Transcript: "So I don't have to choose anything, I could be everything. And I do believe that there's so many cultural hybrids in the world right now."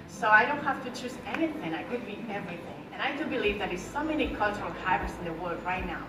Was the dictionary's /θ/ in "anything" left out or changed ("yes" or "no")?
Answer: no